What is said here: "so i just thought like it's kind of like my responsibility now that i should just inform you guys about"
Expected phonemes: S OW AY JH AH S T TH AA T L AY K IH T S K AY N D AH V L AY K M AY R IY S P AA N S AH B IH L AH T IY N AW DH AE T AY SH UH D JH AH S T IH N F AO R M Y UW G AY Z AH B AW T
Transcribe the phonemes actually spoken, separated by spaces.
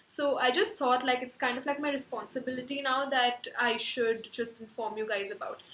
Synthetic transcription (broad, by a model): S OW AY JH AH S T T AA T L AY K IH T S K AY N D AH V L AY K M AY R IY S P AA N S AH B IH L AH T IY N AW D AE T AY SH UH D JH AH S T IH N F AO R M Y UW G AY Z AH B AW T